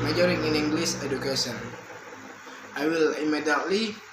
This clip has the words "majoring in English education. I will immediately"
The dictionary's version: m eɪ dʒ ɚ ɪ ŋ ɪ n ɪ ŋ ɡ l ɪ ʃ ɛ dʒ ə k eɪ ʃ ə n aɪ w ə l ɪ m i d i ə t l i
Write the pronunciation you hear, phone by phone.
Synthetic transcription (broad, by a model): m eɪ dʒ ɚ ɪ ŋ ɪ n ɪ ŋ ɡ l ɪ s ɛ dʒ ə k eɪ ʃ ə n aɪ w ə l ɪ m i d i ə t l i